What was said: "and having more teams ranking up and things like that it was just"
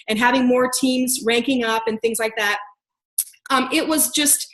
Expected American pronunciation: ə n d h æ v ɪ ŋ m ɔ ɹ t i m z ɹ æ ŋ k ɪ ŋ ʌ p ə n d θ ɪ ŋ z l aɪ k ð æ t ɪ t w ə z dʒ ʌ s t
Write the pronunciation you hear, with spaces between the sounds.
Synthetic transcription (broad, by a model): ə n h æ v ɪ ŋ m ɔ ɹ t i m z ɹ æ ŋ k ɪ ŋ ʌ p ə n θ ɪ ŋ z l aɪ k ð æ t ɪ t w ə z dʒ ʌ s t